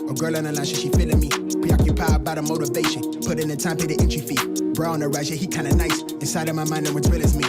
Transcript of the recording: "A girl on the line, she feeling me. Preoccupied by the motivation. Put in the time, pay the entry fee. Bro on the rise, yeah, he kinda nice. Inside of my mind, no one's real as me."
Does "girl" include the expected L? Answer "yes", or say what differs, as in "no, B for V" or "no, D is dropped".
yes